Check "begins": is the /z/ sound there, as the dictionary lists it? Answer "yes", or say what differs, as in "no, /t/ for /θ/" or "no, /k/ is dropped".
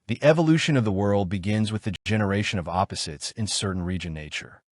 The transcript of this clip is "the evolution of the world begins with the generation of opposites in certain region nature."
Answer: yes